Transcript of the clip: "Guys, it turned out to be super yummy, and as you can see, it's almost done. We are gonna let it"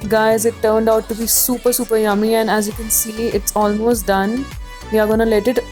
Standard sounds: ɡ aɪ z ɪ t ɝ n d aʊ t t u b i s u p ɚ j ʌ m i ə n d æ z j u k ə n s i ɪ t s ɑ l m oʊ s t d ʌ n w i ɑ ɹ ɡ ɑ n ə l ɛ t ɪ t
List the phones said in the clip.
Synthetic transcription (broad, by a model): ɡ aɪ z ɪ t ɝ n d aʊ t s u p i s u p ɚ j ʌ m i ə n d æ z j u k ə n s i ɪ t s ɑ l m oʊ s t d ʌ n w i ɑ ɹ ɡ ɑ n ə l ɛ t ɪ t